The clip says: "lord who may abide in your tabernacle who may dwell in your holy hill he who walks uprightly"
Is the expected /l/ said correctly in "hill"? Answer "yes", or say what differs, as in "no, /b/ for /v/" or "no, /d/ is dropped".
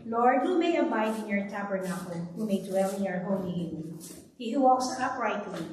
no, /n/ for /l/